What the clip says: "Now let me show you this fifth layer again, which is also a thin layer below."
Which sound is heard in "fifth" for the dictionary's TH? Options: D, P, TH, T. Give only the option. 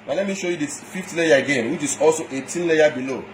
T